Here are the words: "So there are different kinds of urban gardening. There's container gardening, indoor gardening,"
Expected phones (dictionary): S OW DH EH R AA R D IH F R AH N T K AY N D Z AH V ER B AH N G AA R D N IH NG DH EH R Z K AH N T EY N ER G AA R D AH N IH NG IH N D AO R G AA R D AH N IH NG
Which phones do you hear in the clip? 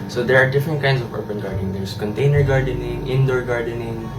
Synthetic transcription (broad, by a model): S OW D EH R AA R D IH F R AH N T K AY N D S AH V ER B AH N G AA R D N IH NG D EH R S K AH N T EY N ER G AA R D AH N IH NG IH N D AO R G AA R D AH N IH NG